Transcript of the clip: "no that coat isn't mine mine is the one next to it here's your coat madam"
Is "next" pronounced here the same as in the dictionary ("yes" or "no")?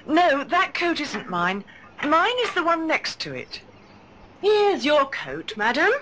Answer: yes